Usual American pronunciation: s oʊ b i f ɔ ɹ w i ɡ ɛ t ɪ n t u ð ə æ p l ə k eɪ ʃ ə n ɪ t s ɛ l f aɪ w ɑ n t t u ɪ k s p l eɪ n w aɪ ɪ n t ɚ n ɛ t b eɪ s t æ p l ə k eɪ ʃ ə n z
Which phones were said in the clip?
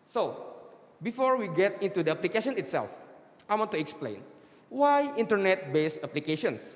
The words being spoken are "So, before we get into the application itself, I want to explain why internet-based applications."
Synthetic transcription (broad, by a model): s oʊ b i f ɔ ɹ w i ɡ ɛ t ɪ n t u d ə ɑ p l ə k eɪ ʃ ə n ɪ t s ɛ l f aɪ w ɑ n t t u ɪ k s p l eɪ n w aɪ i n t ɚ n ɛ t b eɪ s ɑ p l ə k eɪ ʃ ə n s